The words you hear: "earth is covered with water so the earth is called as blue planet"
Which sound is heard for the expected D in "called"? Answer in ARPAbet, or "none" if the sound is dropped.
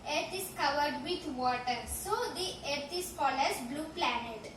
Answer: none